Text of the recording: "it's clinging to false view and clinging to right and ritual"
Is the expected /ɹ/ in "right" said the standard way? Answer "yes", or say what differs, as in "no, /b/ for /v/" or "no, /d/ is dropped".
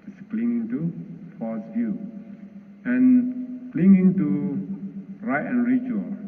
yes